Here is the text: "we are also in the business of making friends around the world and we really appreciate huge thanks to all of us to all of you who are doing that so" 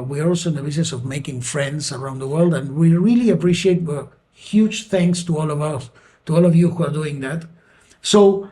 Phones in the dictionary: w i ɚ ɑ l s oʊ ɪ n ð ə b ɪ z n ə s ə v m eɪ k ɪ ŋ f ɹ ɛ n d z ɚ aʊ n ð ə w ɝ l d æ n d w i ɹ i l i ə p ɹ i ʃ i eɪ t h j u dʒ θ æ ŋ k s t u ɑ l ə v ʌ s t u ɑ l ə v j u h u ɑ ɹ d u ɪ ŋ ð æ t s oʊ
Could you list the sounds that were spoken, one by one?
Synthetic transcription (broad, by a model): w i ɑ l s oʊ ɪ n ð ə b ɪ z n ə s ə v m eɪ k ɪ ŋ f ɹ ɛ n d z ɚ aʊ n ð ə w ɝ l d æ n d w i ɹ i l i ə p ɹ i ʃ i eɪ t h j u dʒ θ æ ŋ k s t u ɑ l ə v ʌ s t u ɑ l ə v j u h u ɑ ɹ d u ɪ ŋ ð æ t s oʊ